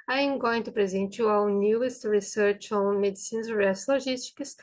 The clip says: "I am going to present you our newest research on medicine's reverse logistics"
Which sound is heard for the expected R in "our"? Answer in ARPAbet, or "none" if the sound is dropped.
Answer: W